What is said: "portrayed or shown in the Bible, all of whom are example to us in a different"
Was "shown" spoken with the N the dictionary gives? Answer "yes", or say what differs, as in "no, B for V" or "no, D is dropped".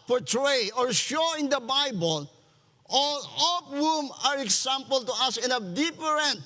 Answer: no, N is dropped